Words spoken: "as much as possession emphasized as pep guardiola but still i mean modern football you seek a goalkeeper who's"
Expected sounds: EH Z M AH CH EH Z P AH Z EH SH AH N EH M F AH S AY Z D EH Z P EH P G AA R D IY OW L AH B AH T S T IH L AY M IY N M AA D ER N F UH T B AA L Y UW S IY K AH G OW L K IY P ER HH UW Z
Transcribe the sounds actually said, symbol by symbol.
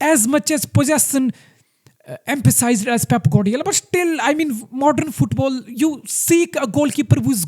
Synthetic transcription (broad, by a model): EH Z M AH CH EH Z P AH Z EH S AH N EH M F AH S AY Z D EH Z P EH P G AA D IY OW L B AH T S T IH L AY M IY N M AA D ER N F UH T B AA L Y UW S IY K AH G OW L K IY P ER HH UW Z